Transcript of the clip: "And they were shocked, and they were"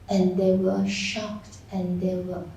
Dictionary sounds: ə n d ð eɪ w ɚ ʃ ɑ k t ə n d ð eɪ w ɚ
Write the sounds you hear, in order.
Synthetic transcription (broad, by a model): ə n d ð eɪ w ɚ ʃ ɑ k t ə n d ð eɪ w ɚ